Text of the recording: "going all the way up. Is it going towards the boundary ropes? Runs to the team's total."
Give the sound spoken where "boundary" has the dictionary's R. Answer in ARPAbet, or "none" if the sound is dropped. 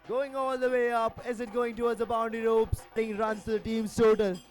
none